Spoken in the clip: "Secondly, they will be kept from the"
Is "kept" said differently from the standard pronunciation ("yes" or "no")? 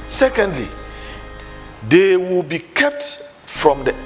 no